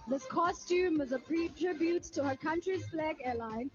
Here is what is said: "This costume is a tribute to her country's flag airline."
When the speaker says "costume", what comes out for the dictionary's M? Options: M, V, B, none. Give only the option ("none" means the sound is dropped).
M